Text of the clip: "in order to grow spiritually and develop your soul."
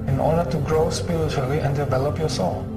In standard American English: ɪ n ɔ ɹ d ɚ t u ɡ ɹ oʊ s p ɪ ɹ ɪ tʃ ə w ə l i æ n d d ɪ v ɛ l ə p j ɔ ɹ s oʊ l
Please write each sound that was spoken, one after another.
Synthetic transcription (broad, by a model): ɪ n ɔ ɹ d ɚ t u ɡ ɹ oʊ s p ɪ ɹ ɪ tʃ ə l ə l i n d d ɪ v ɛ l ə p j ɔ s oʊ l